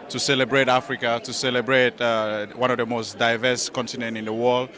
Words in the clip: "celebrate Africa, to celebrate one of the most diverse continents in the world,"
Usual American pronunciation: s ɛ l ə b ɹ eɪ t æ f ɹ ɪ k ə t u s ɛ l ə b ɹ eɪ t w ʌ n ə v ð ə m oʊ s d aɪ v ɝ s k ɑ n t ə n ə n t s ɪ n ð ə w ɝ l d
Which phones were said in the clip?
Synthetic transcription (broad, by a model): s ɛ l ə b ɹ eɪ t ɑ f ɹ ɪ k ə t u s ɛ l ə b ɹ eɪ t w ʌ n ə v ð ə m oʊ s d aɪ v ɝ s k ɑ n t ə n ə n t ɪ n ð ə w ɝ l d